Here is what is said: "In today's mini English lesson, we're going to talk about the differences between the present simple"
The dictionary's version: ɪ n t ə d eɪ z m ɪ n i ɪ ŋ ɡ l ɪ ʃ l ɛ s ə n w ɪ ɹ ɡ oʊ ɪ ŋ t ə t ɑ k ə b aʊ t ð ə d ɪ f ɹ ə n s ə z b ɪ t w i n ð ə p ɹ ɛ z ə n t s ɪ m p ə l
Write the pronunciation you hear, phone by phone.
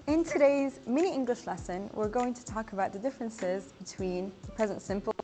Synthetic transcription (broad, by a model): ɪ n t ə d eɪ z m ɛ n i ɪ ŋ ɡ l ɪ ʃ l ɛ s ə n w ɪ ɹ ɡ oʊ ɪ ŋ t ə t ɑ k ə b aʊ t ð ə d ɪ f ɹ ə n s ə z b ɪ t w i n ð ə p ɹ ɛ z ə n t s ɪ m p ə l